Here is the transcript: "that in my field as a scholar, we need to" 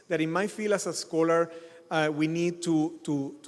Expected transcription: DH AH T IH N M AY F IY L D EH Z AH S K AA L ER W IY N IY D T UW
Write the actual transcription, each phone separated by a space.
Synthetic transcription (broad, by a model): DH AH T IH N M AY F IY L AA S AH S K AA L ER W IY N IY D T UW